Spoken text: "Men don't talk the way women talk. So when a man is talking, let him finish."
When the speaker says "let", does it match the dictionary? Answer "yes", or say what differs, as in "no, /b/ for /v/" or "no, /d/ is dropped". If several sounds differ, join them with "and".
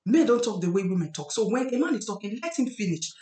yes